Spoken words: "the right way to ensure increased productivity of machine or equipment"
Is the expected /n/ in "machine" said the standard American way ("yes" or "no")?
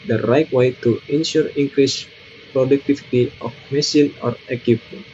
no